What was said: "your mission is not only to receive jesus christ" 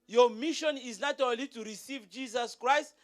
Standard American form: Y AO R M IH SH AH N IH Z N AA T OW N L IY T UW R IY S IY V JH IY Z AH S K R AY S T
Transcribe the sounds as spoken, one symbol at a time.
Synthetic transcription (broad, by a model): Y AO M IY SH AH N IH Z N AA T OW L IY T UW R IY S IY V JH IY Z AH S K R AY S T